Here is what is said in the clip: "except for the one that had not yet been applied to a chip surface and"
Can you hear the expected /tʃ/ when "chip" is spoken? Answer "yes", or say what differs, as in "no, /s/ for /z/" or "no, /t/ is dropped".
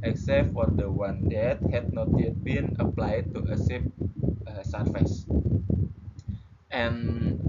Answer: no, /s/ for /tʃ/